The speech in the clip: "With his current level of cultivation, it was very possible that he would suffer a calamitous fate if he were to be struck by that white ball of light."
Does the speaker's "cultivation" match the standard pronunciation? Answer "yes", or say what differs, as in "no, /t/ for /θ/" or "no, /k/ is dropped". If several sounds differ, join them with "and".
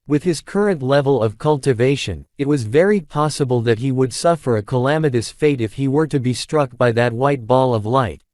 yes